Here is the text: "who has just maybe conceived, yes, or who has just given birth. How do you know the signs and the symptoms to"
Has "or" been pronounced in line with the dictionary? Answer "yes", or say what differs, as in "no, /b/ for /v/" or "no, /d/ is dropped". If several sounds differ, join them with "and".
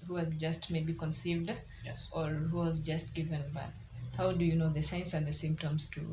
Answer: yes